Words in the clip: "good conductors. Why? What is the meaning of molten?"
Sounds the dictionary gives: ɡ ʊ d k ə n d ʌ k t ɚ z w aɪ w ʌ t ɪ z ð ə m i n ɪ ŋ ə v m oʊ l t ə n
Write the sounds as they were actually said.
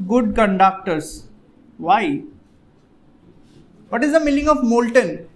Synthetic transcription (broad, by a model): ɡ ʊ d k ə n d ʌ k t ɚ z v aɪ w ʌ t ɪ z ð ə m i l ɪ ŋ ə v m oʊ l t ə n